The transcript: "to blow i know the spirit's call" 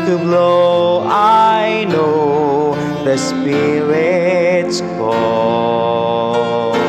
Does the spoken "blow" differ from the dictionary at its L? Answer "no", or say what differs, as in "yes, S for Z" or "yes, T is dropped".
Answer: no